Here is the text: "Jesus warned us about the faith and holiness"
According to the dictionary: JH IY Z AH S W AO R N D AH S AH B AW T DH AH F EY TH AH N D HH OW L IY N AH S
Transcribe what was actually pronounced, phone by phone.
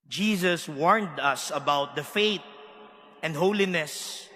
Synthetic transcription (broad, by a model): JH IY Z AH S W AO R N D AH S AH B AW T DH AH F EY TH AH N D HH OW L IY N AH S